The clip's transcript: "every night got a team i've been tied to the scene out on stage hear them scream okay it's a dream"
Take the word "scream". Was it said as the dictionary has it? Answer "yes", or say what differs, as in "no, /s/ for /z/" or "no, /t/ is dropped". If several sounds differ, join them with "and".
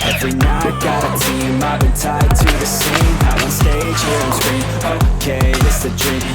no, /m/ is dropped